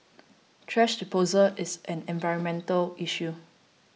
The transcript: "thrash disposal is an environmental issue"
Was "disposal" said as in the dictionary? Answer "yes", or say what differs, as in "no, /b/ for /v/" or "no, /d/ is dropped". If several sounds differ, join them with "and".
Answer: no, /s/ is dropped